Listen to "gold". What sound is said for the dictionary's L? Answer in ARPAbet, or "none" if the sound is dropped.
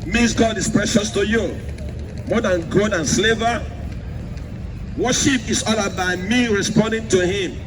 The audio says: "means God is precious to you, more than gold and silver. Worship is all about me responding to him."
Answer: none